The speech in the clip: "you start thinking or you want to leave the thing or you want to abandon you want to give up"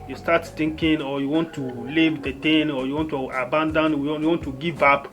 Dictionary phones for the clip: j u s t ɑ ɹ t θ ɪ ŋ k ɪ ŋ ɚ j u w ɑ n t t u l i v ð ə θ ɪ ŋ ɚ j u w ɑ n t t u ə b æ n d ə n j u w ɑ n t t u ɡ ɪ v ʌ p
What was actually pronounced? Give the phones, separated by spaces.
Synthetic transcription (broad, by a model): j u s t ɑ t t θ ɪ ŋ k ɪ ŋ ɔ j u w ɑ n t t u l i v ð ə t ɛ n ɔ j u w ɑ n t t u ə b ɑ n d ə n j u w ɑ n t t u ɡ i v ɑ p